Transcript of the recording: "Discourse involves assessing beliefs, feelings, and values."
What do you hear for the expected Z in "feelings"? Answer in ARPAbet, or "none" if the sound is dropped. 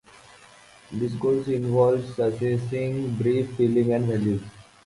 none